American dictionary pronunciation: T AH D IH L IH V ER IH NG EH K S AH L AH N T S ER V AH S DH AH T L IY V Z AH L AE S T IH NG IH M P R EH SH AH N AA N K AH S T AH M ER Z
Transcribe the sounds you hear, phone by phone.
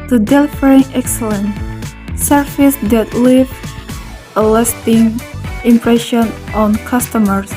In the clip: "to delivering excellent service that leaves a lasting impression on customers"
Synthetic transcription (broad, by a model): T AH D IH L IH F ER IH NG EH K S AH L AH N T S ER F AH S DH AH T L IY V AH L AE S T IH NG IH M P R EH SH AH N AA N K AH S T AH M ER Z